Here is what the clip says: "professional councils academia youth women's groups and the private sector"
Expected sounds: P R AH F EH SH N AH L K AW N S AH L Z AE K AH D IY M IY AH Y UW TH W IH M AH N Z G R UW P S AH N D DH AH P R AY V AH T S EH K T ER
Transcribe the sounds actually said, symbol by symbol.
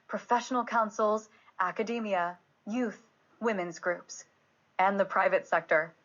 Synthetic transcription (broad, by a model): P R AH F EH SH N L K AW N S L Z AE K AH D IY M IY AH Y UW TH W IH M AH N Z G R UW P S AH N DH AH P R AY V AH T S EH K T ER